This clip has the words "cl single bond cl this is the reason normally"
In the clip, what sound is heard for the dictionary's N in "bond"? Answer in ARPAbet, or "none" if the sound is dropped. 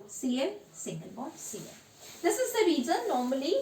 none